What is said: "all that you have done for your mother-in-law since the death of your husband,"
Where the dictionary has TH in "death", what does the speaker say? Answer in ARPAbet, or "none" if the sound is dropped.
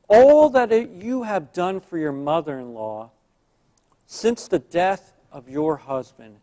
TH